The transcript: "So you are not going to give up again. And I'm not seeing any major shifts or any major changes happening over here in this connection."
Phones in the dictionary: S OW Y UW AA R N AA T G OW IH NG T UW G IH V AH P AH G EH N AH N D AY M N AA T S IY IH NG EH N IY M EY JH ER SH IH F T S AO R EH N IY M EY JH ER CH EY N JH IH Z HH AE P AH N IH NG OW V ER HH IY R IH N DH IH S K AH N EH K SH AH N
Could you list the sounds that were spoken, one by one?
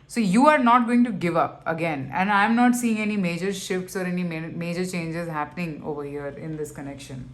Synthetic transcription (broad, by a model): S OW Y UW AA R N AA T G OW IH NG T UW G IH V AH P AH G EH N AH N D AY M N AA T S IY IH NG EH N IY M EY JH ER SH IH F T S AO R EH N IY M EY JH ER CH EY N JH IH Z HH AE P AH N IH NG OW V ER HH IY R IH N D IH S K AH N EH K SH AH N